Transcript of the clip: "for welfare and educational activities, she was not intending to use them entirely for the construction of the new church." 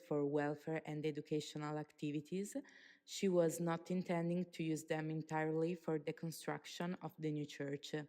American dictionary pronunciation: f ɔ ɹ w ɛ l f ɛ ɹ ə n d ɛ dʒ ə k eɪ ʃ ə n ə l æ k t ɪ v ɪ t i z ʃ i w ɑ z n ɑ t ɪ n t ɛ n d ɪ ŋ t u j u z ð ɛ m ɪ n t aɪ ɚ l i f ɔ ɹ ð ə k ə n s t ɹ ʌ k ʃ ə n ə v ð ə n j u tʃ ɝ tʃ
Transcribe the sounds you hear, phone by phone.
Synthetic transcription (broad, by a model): f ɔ ɹ w ɛ l f ɛ ɹ ə n d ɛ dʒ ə k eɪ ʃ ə n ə l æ k t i v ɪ t i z ʃ i w ɑ z n ɑ t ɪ n t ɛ n d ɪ ŋ t u j u z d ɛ m ɪ n t aɪ ɚ l i f ɔ ɹ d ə k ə n s t ɹ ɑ k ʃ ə n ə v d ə n j u tʃ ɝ tʃ